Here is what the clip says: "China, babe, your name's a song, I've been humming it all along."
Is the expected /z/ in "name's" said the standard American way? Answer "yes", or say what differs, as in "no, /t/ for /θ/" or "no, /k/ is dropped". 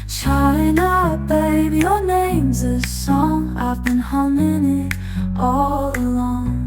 yes